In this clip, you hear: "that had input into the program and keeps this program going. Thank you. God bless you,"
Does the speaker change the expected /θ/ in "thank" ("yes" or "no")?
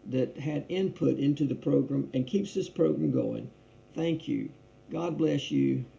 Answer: no